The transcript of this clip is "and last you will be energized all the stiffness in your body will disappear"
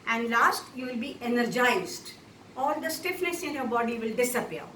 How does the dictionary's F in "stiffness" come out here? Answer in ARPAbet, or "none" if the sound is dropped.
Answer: F